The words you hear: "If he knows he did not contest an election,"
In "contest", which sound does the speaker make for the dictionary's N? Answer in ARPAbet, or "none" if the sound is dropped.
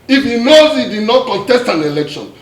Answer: none